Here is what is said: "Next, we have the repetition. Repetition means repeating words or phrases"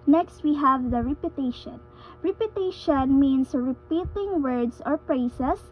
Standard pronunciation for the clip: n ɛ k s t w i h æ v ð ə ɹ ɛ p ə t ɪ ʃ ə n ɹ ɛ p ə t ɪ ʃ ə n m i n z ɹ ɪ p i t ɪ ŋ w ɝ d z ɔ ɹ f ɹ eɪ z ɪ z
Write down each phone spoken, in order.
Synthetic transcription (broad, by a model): n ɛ k s t w i h æ v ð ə ɹ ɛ p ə t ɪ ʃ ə n ɹ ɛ p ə t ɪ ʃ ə n m i n s ɹ ɪ p i t ɪ ŋ w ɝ d s ɔ ɹ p ɹ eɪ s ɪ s